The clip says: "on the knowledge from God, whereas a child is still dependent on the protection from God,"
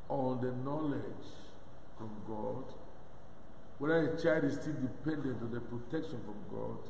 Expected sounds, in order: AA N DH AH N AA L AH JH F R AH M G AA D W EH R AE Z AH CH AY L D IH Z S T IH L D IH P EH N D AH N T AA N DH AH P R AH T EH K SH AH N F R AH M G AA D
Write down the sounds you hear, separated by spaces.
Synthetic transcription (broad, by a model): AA N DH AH N AA L AH JH F R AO M G AA D W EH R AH AH CH AY L D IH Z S T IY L D IH P EH N D AH N T AA N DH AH P R AH T EH K SH AH N F R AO M G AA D